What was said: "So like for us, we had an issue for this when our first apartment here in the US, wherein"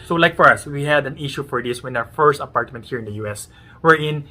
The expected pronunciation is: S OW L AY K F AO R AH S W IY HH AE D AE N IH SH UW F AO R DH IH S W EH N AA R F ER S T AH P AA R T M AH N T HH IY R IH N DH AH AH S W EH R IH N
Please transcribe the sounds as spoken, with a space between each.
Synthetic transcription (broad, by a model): S OW L AY K F AO R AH S W IY HH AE D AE N IH SH UW F AO R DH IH S W EH N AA W F ER S T AH P AA R T M AH N T HH IY R IH N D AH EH S W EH R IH N